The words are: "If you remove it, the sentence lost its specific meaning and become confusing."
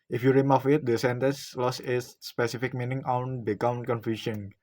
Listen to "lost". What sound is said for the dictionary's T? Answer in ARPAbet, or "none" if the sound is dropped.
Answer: none